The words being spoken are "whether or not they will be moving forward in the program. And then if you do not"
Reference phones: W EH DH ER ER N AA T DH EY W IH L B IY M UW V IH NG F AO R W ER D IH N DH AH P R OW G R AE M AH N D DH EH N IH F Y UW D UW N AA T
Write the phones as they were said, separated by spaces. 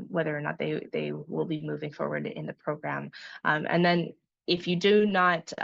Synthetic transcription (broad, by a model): W EH DH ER ER N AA T DH EY W IH L B IY M UW V IH NG F AO R W ER D IH N DH AH P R OW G R AE M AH N DH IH N IH F Y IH D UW N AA T